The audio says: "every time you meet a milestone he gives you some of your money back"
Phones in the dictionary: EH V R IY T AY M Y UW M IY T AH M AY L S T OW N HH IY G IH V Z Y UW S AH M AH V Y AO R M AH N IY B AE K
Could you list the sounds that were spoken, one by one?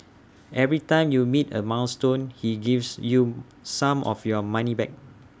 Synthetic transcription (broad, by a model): EH V R IY T AY M Y UW M IY T AH M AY N S T OW N HH IY G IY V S Y UW S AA M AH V Y AO M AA N IY B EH K